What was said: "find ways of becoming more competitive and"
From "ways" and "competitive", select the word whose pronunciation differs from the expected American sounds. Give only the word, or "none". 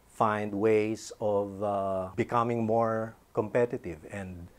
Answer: ways